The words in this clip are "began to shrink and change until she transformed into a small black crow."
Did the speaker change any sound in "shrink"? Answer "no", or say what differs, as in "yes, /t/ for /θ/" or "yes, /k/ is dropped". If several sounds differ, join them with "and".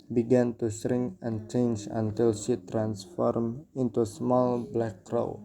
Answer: yes, /s/ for /ʃ/ and /k/ is dropped